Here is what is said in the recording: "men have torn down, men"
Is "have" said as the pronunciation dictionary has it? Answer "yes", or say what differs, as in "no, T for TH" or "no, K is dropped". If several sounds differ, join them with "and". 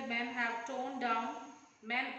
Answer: no, W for V